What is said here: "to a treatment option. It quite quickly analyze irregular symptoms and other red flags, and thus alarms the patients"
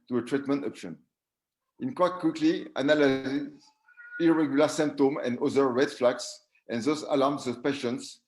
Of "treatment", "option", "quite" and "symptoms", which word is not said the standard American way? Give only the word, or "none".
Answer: symptoms